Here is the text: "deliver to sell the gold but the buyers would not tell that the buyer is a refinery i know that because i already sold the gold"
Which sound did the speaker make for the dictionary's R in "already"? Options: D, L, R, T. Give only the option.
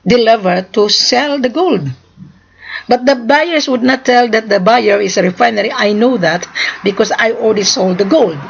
L